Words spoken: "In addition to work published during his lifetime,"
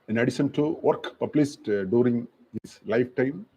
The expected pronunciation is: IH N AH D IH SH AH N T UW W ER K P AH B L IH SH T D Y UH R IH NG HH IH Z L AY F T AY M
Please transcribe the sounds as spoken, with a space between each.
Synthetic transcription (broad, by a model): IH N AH D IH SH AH N T UW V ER K P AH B L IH S T D Y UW R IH NG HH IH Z L AY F T AY M